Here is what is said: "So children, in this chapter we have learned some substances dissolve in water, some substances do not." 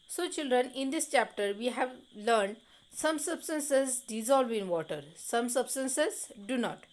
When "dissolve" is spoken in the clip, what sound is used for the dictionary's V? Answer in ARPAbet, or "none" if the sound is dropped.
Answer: V